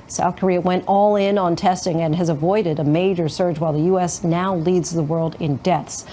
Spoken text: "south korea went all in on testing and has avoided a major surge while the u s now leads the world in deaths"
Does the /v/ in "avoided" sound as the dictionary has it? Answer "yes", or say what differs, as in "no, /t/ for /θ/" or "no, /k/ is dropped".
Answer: yes